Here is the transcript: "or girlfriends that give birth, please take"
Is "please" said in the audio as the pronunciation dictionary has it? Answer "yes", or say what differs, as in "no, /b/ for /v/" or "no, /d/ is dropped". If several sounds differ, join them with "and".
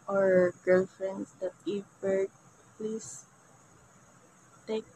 no, /s/ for /z/